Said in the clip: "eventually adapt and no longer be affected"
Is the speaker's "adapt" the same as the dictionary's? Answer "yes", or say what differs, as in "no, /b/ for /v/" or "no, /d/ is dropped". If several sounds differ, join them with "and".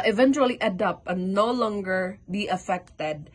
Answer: no, /t/ is dropped